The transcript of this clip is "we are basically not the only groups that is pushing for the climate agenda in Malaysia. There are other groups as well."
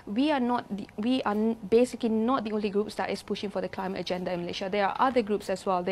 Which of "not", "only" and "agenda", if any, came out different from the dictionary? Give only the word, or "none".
none